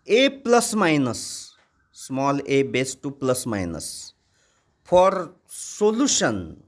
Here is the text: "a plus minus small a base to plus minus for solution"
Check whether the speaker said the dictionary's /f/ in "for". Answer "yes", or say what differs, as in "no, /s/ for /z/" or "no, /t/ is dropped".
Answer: no, /p/ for /f/